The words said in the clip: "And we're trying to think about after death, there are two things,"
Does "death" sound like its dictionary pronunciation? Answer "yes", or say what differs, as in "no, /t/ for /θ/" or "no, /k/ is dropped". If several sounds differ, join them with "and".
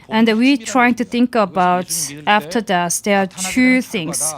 no, /s/ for /θ/